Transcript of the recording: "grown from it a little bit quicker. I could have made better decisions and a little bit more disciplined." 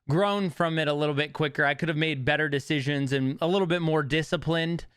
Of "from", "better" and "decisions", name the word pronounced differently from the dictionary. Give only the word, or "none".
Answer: none